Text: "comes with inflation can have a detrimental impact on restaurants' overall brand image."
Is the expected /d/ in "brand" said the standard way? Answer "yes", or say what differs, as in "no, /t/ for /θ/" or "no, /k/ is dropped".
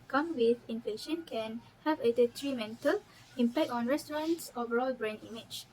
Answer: no, /d/ is dropped